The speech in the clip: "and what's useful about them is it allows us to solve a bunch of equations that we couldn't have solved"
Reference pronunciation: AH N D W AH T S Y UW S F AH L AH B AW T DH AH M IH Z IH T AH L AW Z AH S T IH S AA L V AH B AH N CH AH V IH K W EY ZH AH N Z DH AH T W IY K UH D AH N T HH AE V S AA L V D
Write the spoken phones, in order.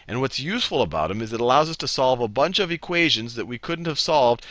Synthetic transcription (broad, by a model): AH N W AH T S Y UW S F L AH B AW T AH M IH Z IH T AH L AW Z AH S T IH S AA L V AH B AH N CH AH V IH K W EY ZH AH N Z DH AH T W IY K UH D N T HH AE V S AA L V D